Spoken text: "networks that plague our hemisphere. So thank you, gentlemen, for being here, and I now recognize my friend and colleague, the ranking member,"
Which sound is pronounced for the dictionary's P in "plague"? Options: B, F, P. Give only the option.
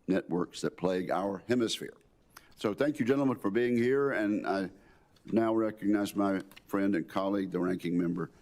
P